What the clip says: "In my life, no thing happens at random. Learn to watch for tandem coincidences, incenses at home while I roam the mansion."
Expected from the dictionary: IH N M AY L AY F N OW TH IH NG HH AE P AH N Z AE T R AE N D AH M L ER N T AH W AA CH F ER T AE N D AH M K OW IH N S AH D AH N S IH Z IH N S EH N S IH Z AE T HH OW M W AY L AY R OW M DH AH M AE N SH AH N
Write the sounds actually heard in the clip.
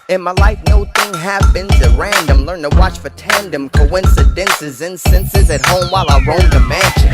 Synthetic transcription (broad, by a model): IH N M AY L AY F N OW TH IH NG HH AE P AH N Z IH R AE N D AH M L ER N T AH W AA CH F ER T AE N D AH M K OW IH N S AH D AH N S IH Z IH N S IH N S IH Z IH T HH OW M W AY L AY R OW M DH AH M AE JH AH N